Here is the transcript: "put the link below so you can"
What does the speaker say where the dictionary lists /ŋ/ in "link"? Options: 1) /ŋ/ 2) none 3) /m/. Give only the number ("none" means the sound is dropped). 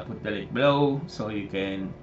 2